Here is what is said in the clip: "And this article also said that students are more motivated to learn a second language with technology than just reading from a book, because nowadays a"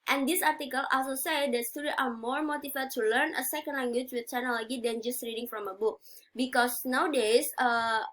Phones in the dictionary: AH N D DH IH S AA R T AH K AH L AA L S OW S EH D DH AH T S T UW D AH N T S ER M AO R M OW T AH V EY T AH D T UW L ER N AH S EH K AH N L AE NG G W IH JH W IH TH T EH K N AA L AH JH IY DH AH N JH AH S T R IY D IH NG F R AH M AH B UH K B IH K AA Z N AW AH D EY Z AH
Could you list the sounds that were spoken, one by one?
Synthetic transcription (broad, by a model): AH N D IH S AA R T AH K AH L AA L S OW S EH D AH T S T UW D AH T ER M AO R M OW T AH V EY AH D T UW L ER N AH S EH K AH N L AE NG G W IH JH W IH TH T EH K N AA L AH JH IY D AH N JH AH S T R IY D IH NG F R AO M AH B UH K B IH K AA S N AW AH D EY S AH